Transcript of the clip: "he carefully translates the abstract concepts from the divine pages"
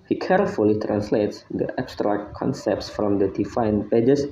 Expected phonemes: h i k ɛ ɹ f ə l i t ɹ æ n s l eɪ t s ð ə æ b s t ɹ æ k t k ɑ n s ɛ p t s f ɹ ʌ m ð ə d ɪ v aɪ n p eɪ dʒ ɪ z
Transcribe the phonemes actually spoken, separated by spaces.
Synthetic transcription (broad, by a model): h i k ɛ ɹ f ə l i t ɹ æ n s l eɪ t s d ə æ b s t ɹ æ k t k ɑ n s ɛ p t s f ɹ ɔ m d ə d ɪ f aɪ n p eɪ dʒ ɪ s